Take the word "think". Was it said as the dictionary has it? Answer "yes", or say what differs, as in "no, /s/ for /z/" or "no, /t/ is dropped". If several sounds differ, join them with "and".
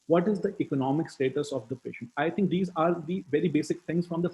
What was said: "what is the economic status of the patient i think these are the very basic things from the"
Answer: no, /t/ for /θ/